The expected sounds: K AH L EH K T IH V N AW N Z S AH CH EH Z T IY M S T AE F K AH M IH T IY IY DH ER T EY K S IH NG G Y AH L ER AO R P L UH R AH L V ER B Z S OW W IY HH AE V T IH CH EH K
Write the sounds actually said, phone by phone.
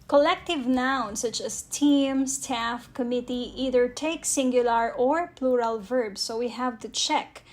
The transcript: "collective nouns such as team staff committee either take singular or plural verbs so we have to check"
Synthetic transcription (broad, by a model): K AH L EH K T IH V N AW N S AH CH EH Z T IY M S T AE F K AH M IH T IY IY DH ER T EY K S IH NG G Y AH L ER AO R P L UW R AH L V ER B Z S OW W IY HH AE V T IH CH EH K